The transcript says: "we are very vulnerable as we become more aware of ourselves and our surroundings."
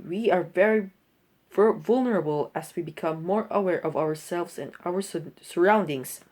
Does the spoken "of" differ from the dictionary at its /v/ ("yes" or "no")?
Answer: no